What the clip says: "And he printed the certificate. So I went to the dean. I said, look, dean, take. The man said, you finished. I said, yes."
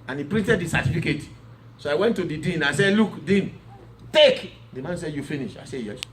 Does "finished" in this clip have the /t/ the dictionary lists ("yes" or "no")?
no